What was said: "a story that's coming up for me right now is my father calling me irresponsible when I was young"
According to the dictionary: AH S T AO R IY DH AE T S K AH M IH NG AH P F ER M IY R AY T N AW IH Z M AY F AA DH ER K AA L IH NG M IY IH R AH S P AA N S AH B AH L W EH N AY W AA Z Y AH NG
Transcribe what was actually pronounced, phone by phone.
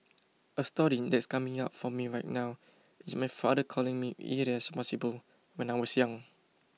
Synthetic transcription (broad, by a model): AH S T AO R IY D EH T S K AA M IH NG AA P F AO M IY R AY T N AW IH S M AY F AA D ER K AA L IH NG M IY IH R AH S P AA S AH B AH L W EH N AY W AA S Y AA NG